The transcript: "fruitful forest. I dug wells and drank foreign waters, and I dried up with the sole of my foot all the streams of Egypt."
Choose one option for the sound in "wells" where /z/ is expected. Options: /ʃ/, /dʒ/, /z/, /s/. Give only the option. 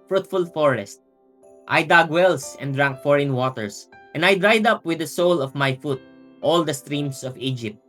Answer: /s/